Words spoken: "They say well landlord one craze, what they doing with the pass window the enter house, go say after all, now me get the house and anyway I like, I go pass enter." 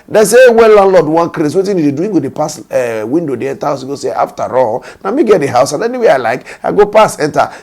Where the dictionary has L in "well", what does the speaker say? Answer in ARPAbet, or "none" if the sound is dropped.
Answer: N